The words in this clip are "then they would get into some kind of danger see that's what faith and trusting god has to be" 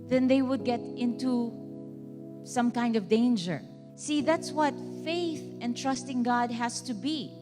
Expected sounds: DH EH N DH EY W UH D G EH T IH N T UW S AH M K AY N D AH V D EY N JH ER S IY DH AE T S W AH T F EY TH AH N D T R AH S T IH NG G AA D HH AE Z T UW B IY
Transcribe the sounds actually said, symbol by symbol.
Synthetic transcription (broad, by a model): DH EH N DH EY W UH D G EH T IH N T UW S AH M K AY N D AH V D EY N JH ER S IY DH AE T S W AH T F EY TH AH N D T R AH S T IH NG G AA D HH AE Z T UW B IY